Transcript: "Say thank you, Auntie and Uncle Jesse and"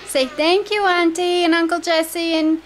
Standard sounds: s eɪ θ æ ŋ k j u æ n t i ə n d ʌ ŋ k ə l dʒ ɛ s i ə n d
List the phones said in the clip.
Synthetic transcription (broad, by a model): s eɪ θ æ ŋ k j u æ n t i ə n ʌ ŋ k ə l dʒ ɛ s i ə n